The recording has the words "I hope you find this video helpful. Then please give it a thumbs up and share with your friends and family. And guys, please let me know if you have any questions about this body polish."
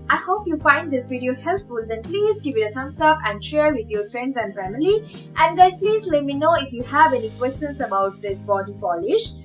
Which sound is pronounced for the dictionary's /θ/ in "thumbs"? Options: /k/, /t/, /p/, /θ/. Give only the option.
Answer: /t/